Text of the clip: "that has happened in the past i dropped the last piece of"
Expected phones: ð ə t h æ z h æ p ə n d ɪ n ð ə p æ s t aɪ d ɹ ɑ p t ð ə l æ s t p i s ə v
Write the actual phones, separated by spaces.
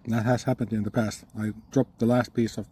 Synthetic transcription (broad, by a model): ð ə t h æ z h æ p ə n d ɪ n ð ə p æ s t aɪ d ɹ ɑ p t ð ə l æ s t p i s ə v